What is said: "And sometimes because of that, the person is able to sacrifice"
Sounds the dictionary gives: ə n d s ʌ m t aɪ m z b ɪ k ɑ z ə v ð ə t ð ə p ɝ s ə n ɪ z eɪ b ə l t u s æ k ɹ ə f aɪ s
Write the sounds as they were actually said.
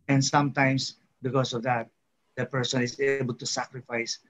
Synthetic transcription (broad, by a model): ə n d s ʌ m t aɪ m s b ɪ k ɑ s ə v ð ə t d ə p ɝ s ə n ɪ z eɪ b ə l t u s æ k ɹ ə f aɪ s